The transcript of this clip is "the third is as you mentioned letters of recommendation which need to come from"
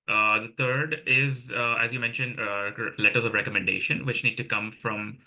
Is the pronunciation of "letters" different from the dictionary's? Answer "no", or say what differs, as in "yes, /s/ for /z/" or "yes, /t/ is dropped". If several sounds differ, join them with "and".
no